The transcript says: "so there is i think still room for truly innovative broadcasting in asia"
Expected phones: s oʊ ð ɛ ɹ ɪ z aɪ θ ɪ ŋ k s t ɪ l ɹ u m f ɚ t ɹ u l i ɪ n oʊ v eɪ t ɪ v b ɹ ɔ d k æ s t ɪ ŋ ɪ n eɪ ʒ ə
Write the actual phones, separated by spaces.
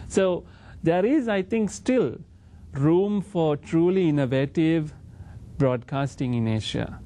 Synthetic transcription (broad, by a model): s oʊ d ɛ ɹ ɪ z aɪ t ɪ ŋ k s t ɪ l ɹ u m f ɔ t ɹ u l i ɪ n oʊ v eɪ t ɪ v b ɹ ɔ d k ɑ s t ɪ ŋ ɪ n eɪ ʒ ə